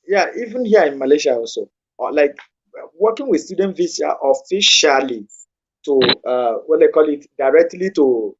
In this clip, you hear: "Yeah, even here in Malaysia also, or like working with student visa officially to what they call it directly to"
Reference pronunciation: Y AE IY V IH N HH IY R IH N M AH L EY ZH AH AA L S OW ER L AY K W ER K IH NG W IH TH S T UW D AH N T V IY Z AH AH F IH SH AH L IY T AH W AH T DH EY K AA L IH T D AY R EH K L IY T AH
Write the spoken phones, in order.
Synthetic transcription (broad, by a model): Y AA IY V IH N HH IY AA IH N M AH L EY SH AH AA N S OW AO L AY K W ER K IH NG W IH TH S T UW D AH N T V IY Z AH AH F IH SH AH L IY T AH W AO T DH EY K AA L IH T D AY R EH K L IY T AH